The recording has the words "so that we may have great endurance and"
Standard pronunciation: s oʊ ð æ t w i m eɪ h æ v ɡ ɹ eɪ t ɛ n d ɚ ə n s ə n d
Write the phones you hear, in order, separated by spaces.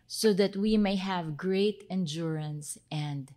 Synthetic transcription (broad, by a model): s oʊ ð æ t w i m eɪ h æ v ɡ ɹ eɪ t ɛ n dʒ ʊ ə n s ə n d